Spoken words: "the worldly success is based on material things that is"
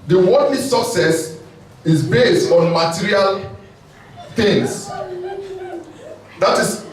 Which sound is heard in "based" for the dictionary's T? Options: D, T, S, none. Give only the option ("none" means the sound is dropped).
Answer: T